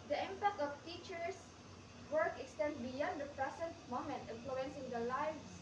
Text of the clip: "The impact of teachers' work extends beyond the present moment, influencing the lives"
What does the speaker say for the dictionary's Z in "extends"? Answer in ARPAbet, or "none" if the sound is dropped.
none